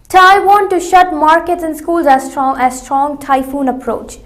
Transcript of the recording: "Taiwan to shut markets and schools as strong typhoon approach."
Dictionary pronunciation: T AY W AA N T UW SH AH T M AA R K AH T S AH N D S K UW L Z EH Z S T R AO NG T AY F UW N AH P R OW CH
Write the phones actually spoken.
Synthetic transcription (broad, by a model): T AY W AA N T UW SH AH T M AA R K AH T S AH N S K UW L Z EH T S T R AO NG T AY F UW N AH P R OW CH